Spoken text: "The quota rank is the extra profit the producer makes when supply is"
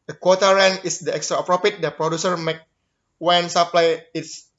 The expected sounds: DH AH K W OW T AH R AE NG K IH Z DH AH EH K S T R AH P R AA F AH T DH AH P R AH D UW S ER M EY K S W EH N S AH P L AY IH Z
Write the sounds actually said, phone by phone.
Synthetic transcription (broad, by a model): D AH K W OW T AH R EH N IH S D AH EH K S T R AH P R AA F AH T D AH P R AH D UW S ER M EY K W EH N S AH P L AY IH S